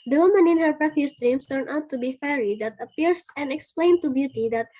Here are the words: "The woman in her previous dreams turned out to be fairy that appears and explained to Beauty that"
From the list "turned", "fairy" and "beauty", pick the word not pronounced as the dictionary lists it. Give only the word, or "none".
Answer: turned